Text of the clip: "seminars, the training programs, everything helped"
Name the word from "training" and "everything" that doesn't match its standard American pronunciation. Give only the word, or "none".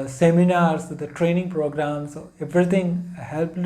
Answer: everything